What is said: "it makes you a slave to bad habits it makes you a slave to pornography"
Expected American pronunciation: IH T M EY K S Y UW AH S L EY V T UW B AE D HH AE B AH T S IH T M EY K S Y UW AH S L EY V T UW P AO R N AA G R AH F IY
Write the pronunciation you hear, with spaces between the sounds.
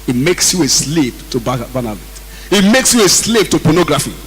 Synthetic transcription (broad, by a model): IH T M EY K S Y UW AH S L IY P T UW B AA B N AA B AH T IH T M EY K S Y UW AH S L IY P T UW P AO N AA G R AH F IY